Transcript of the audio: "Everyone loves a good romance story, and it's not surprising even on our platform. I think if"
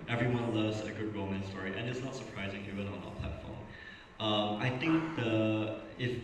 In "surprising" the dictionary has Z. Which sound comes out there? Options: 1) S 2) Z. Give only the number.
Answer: 2